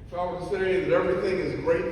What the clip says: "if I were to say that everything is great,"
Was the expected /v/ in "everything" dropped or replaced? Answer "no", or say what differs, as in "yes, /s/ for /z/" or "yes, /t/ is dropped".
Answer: no